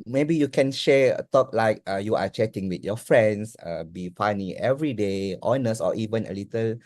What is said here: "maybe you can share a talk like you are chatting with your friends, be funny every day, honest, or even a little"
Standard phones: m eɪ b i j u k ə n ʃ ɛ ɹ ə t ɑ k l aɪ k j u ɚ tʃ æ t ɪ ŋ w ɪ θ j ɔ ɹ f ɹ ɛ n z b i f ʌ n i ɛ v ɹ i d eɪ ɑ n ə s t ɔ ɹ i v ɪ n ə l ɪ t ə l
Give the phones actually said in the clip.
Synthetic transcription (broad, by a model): m eɪ b i j u k ə n ʃ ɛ ə t ɑ k l aɪ k j u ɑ tʃ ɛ t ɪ ŋ w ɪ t j ɔ f ɹ ɛ n s b i f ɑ n i ɛ v ɹ i d eɪ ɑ n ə s ɔ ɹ i v ɪ n ə l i t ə l